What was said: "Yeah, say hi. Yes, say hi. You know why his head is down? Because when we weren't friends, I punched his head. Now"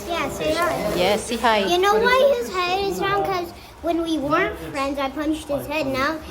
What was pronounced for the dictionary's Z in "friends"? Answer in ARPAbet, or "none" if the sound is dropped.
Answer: Z